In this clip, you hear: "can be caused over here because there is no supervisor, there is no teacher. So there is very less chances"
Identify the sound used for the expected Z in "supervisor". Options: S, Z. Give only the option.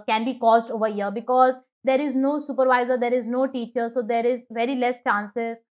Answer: Z